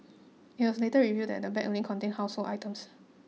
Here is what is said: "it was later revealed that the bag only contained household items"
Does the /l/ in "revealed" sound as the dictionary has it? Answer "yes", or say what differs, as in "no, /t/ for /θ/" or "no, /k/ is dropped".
no, /l/ is dropped